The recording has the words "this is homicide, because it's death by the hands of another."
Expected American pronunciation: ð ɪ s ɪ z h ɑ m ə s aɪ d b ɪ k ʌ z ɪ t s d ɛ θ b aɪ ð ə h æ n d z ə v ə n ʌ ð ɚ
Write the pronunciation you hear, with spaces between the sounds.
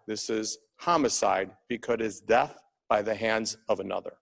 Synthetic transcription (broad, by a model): ð ɪ s ɪ z h ɑ m ə s aɪ d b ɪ k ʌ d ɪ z d ɛ θ b aɪ ð ə h æ n d z ə v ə n ʌ ð ɚ